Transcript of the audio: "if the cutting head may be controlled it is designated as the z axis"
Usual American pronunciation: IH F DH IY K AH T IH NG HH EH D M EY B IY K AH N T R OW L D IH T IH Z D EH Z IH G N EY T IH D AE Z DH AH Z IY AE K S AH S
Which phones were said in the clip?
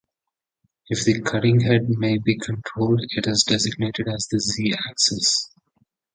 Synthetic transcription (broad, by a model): IH F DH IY K AH T IH NG HH EH D M EY B IY K AH N T R OW L D IH T IH Z D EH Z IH G N EY T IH D AE Z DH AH Z IY AE K S AH S